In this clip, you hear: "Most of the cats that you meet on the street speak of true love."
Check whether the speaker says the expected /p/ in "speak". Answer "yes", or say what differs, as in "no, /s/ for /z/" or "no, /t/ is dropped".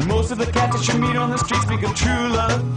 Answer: no, /b/ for /p/